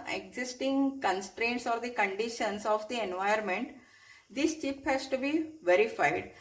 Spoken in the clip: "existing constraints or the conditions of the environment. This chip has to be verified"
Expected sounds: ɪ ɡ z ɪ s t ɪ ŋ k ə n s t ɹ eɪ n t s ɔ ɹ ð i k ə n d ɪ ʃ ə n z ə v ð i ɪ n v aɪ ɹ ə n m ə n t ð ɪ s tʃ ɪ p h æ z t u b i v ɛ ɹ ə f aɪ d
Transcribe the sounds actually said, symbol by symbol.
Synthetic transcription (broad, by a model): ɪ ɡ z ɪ s t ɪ ŋ k ə n s t ɹ eɪ n t s ɔ ɹ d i k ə n d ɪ ʃ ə n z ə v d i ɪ n v aɪ ə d m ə n t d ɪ s tʃ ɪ p h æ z t u b i v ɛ ɹ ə f aɪ d